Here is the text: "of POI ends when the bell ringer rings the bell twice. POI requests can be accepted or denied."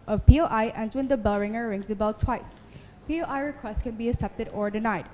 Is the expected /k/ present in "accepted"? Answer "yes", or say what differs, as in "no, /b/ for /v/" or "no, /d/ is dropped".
no, /k/ is dropped